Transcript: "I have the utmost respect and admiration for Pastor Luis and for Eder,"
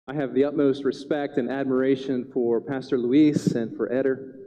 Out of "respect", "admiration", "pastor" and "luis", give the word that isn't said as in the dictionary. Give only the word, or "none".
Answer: none